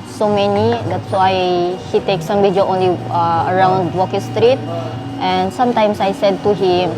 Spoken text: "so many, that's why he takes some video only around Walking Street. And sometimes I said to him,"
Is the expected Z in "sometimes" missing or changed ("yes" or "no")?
yes